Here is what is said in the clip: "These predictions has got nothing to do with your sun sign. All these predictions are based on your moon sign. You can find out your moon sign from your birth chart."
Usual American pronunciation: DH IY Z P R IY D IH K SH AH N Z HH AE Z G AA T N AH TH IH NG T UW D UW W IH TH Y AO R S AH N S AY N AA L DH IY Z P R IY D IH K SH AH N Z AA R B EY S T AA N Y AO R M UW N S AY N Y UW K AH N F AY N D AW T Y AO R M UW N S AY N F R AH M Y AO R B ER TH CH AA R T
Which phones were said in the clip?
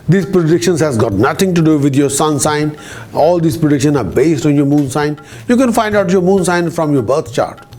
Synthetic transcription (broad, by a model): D IY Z P R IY D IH K SH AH N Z HH AE Z G AA T N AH T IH NG T UW D UW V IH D Y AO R S AH N S AY N AA L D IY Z P R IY D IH K SH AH N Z AA R B EY S T AA N Y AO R M UW N S AY N Y UW K AH N F AY N D AW T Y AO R M UW N S AY N F R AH M Y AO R B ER T CH AA R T